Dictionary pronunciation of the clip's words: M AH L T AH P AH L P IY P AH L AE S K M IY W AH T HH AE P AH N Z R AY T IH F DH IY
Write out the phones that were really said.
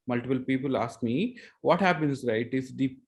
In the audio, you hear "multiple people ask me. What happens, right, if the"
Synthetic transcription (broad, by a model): M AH L T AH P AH L P IY P AH L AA S K M IY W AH T HH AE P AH N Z R AY T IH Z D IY